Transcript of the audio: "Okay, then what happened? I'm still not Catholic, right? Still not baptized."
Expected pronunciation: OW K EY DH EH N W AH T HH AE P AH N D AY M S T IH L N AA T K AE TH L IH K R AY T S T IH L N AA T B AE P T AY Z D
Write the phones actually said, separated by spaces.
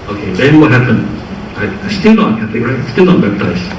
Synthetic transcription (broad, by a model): OW K EY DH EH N W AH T HH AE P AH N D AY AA S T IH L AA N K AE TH IH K R AY T S T IH L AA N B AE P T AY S